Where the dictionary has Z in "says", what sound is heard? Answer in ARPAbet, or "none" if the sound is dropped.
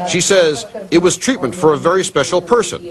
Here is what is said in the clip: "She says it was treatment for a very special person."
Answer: Z